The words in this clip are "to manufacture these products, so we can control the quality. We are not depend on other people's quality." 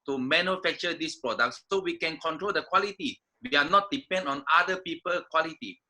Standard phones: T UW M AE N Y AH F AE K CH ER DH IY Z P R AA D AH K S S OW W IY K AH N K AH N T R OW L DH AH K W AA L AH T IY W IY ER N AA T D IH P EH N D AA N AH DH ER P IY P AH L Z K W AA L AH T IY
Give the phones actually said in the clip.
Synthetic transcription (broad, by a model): T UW M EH N Y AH F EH K CH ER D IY S P R AA D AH K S S OW W IY K AH N K AH N T R OW L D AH K W AA L AH T IY W IY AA N AA T D IH P EH N D AA N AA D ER P IY P AH L K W AA L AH T IY